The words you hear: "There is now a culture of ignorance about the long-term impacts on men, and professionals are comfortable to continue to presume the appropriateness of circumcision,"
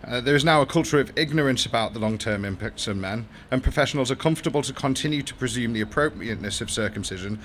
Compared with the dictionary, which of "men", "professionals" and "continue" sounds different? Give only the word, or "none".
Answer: none